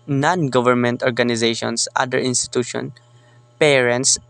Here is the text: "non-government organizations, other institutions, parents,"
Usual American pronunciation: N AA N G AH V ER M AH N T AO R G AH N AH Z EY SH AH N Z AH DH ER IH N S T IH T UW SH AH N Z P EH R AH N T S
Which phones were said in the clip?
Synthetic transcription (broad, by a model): N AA N G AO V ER M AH N T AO R G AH N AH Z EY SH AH N S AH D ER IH N S T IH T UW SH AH N P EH R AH N T S